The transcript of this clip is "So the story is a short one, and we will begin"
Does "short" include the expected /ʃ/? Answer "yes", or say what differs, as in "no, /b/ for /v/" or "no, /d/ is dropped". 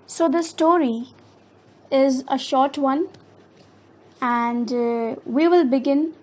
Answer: yes